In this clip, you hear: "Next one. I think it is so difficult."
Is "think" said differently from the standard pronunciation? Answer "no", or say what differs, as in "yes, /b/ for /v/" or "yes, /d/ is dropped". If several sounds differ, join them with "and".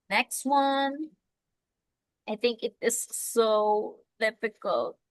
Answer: no